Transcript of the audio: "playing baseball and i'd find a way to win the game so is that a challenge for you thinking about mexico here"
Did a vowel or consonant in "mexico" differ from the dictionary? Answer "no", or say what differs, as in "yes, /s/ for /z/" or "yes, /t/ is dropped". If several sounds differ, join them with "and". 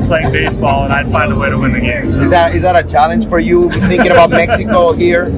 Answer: no